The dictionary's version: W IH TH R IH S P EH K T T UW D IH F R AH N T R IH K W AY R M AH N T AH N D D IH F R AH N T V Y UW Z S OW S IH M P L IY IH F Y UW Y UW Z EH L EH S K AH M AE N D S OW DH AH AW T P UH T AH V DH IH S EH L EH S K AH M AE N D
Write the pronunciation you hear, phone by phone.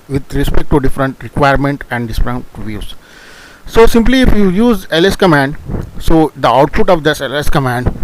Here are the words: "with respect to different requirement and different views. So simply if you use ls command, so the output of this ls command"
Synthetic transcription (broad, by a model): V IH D R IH S P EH K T T UW D IH F R AH N T R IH K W AY R M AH N T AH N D D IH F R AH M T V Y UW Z S OW S IH M P L IY IH F Y UW Y UW Z EH L EH S K AH M AE N D S OW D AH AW T F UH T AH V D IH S EH L EH S K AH M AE N D